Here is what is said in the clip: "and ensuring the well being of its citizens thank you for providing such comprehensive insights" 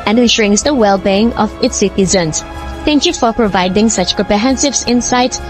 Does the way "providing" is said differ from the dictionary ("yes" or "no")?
no